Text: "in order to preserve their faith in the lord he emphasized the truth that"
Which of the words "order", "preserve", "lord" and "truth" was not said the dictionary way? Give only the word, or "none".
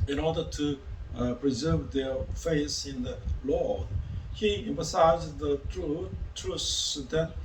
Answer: truth